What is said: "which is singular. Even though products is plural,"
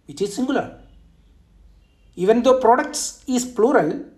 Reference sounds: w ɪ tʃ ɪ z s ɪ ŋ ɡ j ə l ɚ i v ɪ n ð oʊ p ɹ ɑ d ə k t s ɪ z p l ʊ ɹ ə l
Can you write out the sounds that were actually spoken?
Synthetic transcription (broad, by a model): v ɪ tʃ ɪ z s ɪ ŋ ɡ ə l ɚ i v ɪ n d oʊ p ɹ ɑ d ə k t s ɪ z p l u ɹ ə l